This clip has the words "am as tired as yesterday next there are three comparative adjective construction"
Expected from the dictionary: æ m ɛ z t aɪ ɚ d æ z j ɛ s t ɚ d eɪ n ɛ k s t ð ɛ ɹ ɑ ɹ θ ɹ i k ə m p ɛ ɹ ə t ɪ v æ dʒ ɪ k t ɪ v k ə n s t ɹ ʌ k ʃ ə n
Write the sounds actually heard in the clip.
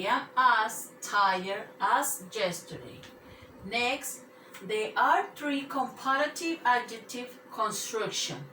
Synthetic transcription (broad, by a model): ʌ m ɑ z t aɪ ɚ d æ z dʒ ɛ s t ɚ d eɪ n ɛ k s t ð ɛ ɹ ɑ ɹ t ɹ i k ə m p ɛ ɹ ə t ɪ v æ dʒ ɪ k t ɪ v k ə n s t ɹ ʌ k ʃ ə n